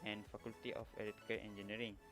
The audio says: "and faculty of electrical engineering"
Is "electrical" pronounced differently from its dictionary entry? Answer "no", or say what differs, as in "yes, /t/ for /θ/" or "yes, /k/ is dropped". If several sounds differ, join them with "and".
yes, /k/ is dropped and /ɹ/ is dropped